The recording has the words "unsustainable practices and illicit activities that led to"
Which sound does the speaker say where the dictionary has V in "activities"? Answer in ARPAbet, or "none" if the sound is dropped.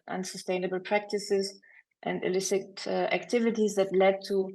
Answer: V